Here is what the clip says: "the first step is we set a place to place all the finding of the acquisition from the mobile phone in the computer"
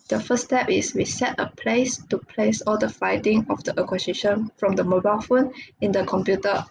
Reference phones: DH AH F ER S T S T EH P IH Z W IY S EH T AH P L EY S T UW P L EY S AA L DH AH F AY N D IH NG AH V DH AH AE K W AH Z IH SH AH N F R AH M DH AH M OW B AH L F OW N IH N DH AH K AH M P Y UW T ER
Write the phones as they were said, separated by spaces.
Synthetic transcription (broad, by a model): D AH F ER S S T EH P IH S W IY S EH T AH P L EY S T UW P L EY S AA L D AH F AY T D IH NG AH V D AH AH K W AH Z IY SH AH N F R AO M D AH M OW B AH L F OW N IH N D AH K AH M P Y UW T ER